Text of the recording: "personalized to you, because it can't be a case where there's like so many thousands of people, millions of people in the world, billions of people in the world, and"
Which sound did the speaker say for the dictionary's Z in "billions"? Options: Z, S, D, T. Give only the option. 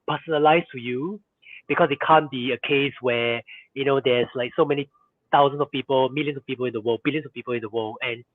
S